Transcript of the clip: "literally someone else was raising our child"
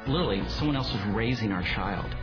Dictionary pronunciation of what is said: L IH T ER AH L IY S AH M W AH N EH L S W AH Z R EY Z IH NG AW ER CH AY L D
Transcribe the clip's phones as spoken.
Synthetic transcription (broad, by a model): L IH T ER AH L IY S AH M W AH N EH L S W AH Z R EY Z IH NG AW ER CH AY L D